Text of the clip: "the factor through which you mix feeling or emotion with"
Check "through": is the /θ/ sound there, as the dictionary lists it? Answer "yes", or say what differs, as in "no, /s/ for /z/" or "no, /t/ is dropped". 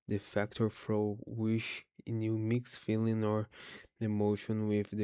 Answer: no, /f/ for /θ/